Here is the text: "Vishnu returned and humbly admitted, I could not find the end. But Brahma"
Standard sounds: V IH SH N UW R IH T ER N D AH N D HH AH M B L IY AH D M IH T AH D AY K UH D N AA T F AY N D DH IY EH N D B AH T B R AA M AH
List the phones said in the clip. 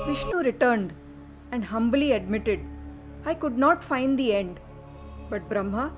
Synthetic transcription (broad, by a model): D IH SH N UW R IH T ER N D AH N D HH AH M B L IY AH D M IH T AH D AY K UH D N AA T F AY N D IY EH N D B AH T B R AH M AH